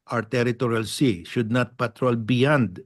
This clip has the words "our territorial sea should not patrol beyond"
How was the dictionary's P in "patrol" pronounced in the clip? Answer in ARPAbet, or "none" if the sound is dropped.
P